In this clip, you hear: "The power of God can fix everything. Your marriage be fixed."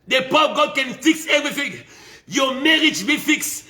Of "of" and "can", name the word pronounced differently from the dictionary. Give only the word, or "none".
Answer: of